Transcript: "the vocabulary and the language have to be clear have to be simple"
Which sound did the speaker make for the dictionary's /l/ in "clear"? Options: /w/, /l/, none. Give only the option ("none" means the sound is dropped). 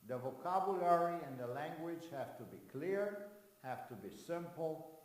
/l/